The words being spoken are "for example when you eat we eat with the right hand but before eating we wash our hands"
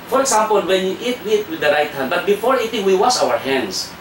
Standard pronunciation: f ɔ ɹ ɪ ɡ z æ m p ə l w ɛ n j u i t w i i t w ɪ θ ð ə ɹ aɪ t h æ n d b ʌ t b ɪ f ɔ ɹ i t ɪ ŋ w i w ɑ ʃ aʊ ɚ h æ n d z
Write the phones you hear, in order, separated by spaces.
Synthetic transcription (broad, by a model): f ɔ ɹ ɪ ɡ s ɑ m p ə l w ɛ n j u i t w i i t w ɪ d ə ɹ aɪ t h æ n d b ʌ t b ɪ f ɔ ɹ i t ɪ ŋ w i w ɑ s aʊ ɚ h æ n d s